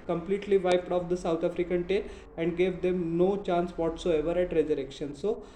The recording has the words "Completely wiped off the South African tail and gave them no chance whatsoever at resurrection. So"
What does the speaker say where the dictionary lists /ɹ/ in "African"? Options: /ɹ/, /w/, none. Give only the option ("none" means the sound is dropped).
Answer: /ɹ/